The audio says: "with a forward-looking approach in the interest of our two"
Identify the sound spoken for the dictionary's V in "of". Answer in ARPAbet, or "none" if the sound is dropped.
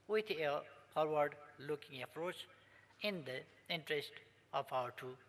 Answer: P